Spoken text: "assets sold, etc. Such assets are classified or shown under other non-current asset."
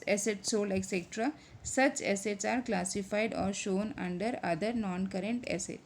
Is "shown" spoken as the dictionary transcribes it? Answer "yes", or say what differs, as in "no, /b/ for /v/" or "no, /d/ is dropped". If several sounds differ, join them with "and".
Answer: yes